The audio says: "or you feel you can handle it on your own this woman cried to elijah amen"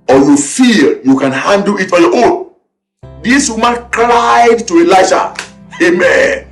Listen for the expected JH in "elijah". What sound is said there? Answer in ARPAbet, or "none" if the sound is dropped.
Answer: SH